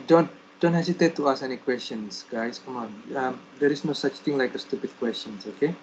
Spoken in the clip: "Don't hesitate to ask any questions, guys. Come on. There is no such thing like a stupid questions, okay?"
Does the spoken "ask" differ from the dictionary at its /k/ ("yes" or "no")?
yes